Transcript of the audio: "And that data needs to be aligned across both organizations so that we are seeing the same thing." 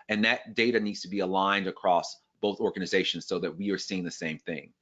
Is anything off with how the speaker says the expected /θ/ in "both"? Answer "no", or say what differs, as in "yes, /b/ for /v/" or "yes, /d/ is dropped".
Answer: no